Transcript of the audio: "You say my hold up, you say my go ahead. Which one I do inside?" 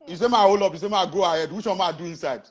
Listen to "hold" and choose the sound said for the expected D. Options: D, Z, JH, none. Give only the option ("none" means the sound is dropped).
none